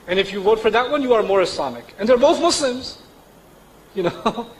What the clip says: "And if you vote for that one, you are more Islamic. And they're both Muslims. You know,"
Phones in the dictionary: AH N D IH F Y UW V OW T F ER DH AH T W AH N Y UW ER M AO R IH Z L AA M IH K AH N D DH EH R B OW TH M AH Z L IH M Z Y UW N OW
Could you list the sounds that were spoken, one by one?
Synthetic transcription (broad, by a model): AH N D IH F Y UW W OW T F ER DH AH T W AH N Y UW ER M AO R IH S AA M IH K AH N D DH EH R B OW TH M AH S L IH M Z Y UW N OW